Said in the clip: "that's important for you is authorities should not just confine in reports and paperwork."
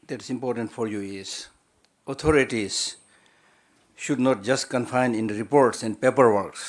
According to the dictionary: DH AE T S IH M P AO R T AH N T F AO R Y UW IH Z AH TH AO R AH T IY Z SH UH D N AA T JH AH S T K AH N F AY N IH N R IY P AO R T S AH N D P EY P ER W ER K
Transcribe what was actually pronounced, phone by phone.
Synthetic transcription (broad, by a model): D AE T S IH M P AO R T AH N T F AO R Y UW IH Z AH T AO R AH T IY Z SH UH D N AA T JH AH S T K AH N F AY N IH N R IY P AO R T S AH N D P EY P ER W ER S